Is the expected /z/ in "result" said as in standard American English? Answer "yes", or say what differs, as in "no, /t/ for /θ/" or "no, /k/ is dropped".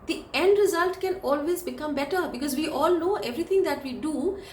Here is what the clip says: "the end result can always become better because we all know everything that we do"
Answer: yes